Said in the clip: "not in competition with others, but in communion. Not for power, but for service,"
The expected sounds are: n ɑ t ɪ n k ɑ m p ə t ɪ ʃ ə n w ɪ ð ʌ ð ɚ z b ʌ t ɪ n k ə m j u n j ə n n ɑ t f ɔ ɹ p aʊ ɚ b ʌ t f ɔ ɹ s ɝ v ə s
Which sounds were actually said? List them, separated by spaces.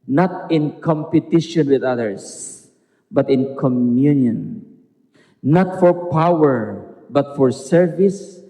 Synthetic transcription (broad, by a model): n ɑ t ɪ n k ɑ m p ə t ɪ ʃ ə n w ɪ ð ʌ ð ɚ s b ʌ t ɪ n k ə m j u n j ə n n ɑ t f ɔ ɹ p aʊ ɚ b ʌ t f ɔ ɹ s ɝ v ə s